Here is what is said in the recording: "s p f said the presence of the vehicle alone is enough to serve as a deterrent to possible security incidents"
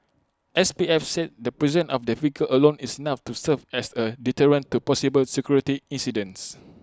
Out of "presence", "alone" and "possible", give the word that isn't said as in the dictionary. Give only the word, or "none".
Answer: presence